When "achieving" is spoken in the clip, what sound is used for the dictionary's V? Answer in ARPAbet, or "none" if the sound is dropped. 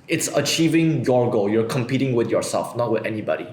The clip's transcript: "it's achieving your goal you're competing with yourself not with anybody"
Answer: V